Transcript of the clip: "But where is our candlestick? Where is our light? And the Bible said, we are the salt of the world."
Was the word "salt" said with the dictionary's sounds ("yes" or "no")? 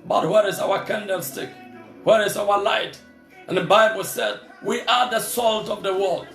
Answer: yes